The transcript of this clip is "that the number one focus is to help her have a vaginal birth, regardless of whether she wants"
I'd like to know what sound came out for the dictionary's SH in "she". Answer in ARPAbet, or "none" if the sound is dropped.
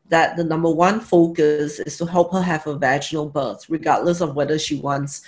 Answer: SH